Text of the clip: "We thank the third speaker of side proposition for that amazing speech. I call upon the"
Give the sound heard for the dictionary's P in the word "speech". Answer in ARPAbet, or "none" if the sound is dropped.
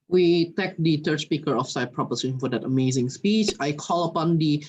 P